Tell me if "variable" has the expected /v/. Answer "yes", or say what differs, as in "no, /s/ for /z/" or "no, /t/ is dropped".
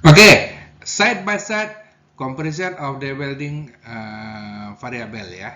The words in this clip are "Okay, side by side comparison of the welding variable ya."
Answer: no, /f/ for /v/